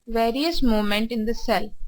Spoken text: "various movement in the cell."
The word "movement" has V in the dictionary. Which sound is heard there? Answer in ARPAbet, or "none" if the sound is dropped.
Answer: none